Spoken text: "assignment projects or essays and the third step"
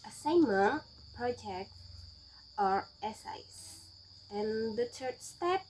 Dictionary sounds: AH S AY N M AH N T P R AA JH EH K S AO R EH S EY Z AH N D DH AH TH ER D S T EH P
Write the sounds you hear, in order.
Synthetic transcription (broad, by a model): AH S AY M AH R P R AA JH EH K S AO R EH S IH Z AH N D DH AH T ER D S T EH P